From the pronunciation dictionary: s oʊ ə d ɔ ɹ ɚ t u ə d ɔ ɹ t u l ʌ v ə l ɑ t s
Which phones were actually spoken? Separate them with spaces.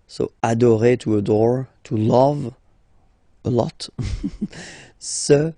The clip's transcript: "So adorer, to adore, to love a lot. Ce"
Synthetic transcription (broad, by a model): s oʊ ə d ɔ ɹ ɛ t u ə d ɔ ɹ t u l ʌ v ə l ɑ t s